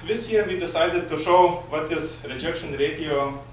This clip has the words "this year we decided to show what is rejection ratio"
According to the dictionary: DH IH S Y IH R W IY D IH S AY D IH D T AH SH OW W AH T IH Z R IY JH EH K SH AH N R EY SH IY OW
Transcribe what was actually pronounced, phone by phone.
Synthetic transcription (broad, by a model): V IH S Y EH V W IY D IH S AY D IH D T AH SH OW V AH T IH S R IY JH EH K SH AH N R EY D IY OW